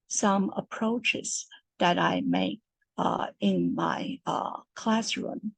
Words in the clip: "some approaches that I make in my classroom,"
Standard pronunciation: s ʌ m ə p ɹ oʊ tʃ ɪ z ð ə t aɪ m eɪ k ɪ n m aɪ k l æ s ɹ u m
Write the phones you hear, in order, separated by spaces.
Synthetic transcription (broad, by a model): s ʌ m ə p ɹ oʊ tʃ ɪ z ð ə t aɪ m eɪ k ɪ n m aɪ k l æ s ɹ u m